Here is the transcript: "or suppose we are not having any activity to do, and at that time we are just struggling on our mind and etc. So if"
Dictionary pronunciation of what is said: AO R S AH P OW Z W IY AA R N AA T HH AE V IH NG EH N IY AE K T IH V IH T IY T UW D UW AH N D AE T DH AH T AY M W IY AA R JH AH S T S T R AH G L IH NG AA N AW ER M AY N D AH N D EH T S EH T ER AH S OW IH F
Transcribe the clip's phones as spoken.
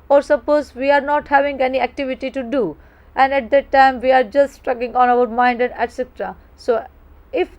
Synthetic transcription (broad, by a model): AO R S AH P OW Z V IY AA R N AA T HH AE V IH NG EH N IY AE K T IH V IH T IY T UW D UW AH N D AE T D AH T AY M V IY AA R JH AH S T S T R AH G IH NG AA N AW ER M AY N D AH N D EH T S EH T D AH S OW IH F